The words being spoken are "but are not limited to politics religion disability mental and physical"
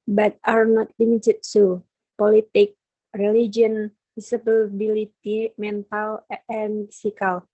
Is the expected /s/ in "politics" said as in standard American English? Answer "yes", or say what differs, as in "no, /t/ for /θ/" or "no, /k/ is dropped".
no, /s/ is dropped